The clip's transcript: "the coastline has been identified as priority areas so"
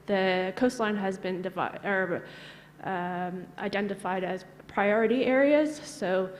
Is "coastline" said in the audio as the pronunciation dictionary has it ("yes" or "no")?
yes